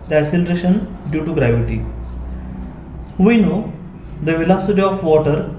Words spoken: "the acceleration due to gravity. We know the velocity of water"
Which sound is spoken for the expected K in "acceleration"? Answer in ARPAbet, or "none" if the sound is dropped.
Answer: none